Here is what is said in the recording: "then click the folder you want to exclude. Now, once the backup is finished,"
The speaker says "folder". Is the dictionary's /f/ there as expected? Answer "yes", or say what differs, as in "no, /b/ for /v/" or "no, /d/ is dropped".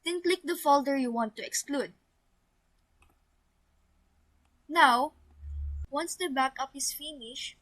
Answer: yes